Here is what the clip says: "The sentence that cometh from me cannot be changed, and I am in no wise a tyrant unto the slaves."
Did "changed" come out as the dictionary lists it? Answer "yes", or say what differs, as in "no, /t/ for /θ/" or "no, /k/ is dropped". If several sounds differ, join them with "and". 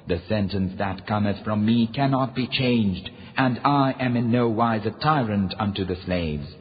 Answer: yes